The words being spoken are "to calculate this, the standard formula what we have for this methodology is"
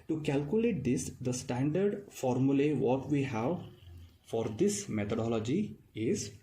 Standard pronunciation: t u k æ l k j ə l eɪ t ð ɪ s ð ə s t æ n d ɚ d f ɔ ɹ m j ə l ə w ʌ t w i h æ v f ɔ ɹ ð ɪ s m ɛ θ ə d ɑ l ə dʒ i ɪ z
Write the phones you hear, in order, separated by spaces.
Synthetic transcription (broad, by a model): t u k æ l k j ə l eɪ t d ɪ s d ə s t æ n d ɚ d f ɔ ɹ m j ə l ə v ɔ t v i h æ v f ɔ ɹ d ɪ s m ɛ t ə d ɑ l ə dʒ i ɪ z